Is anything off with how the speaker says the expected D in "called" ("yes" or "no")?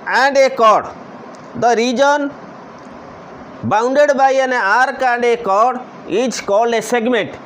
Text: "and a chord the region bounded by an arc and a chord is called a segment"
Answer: yes